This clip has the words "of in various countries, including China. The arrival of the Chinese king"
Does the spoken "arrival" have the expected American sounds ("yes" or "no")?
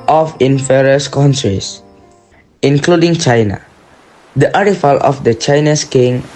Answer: no